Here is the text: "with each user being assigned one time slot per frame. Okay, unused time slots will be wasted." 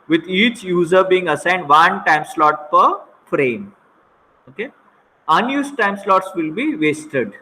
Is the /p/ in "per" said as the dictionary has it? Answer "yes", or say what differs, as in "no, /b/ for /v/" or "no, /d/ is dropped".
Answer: yes